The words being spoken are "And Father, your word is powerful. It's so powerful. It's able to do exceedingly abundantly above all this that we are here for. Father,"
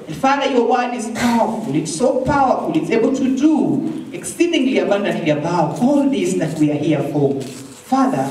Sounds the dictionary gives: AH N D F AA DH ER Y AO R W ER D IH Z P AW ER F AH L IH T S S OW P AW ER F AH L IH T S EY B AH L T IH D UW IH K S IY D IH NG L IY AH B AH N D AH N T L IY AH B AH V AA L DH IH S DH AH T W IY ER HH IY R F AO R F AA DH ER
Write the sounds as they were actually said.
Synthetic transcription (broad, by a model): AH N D F AA DH ER Y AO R W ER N IH Z P AW ER F AH L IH T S S OW P AW ER F AH L IH T S EY B AH L T IH D UW IH K S IY D IH NG L IY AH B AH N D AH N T L IY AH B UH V AA L DH IH S DH AH T W IY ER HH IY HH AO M F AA DH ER